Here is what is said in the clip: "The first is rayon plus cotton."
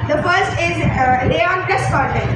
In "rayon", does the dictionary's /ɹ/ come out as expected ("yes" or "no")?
no